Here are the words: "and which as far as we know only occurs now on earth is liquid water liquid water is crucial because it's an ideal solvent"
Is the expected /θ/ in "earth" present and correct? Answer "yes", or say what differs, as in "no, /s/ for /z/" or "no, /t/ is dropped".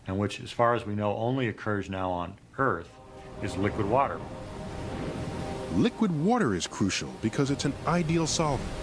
yes